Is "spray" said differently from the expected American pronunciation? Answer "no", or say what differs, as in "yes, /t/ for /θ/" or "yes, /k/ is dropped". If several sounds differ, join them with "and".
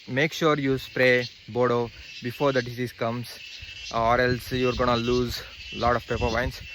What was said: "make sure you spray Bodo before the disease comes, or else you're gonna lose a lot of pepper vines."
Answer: no